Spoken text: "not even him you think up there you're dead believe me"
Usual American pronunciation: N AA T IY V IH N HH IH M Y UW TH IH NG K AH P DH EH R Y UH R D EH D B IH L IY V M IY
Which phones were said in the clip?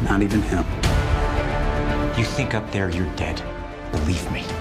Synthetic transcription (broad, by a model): N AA T IY V IH N HH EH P Y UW TH IH NG K AH P DH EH R Y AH R D EH D B IH L IY V M IY